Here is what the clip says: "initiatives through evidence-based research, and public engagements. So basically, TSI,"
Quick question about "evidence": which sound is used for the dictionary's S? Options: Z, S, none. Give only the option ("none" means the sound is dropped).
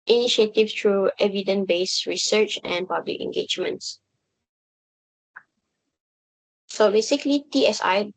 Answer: none